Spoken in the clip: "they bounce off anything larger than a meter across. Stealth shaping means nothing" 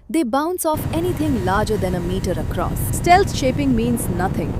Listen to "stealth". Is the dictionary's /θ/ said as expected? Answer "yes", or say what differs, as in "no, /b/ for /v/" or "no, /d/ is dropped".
no, /s/ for /θ/